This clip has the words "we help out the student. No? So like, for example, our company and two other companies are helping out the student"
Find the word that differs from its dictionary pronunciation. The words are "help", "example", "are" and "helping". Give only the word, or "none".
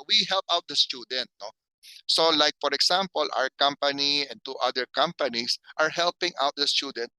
example